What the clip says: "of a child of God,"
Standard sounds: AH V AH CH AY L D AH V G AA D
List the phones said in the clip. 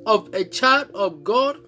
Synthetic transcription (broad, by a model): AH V AH CH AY D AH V G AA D